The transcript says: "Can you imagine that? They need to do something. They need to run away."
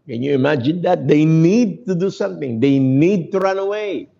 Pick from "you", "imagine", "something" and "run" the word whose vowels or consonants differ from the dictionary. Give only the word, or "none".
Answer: none